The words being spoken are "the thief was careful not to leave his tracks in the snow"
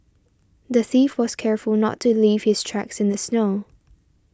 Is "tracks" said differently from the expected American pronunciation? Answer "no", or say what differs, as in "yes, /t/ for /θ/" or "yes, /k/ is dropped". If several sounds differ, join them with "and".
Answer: no